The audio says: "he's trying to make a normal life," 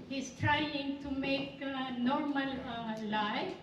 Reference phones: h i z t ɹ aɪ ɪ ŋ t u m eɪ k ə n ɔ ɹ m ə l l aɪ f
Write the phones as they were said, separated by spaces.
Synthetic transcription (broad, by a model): h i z t ɹ aɪ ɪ ŋ t u m eɪ k n ɔ ɹ m ə l l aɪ